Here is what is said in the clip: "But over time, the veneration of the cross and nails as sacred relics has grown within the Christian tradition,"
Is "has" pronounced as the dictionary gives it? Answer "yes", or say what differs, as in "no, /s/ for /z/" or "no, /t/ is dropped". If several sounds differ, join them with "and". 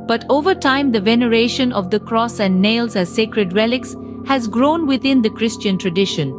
yes